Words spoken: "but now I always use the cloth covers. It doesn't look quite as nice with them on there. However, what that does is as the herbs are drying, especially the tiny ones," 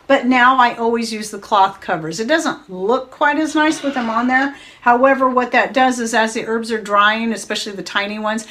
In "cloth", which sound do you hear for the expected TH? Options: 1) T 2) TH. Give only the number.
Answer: 2